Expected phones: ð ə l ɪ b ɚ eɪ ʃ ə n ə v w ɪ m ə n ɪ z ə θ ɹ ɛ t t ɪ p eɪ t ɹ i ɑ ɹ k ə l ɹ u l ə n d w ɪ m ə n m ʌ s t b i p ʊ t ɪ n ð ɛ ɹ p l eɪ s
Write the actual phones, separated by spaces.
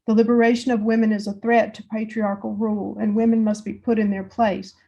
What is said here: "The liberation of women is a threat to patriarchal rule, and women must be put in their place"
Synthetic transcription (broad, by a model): ð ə l ɪ b ɚ eɪ ʃ ə n ə v w ɪ m ə n ɪ z ə θ ɹ ɛ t t ɪ p eɪ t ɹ i ɑ ɹ k l ɹ u l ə n w ɪ m ə n m ʌ s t b i p ʊ t ɪ n ð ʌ ɹ p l eɪ s